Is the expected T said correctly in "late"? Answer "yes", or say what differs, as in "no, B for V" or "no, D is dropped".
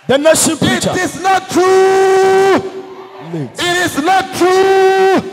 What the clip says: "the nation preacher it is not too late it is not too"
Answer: no, T is dropped